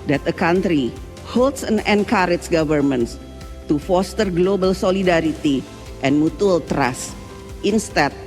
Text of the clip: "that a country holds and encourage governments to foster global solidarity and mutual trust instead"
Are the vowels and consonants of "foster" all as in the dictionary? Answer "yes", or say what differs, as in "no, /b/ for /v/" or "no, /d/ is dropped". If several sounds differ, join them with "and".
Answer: yes